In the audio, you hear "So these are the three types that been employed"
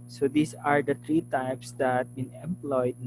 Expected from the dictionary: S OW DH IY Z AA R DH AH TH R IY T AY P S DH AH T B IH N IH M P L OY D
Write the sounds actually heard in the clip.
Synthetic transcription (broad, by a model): S OW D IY S AA R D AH T R IY T AY P S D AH T B IH N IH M P L OY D